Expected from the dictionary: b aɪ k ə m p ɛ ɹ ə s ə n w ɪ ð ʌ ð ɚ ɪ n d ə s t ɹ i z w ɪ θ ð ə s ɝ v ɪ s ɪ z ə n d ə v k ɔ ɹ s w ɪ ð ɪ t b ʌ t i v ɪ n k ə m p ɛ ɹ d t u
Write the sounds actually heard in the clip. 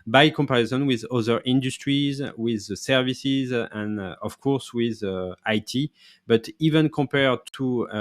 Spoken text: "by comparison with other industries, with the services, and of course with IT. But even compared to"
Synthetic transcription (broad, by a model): b aɪ k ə m p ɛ ɹ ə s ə n w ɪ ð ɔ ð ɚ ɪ n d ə s t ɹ i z w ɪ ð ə s ɝ v ɪ s ɪ z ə n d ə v k ɔ ɹ s w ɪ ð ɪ t b ʌ t i v ɪ n k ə m p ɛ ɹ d t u